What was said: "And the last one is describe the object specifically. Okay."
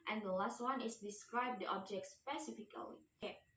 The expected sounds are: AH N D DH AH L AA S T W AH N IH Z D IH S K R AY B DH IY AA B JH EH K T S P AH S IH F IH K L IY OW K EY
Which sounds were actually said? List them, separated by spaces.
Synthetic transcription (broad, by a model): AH N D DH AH L AA S T W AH N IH S D IH S K R AY B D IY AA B JH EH K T S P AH S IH F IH K IY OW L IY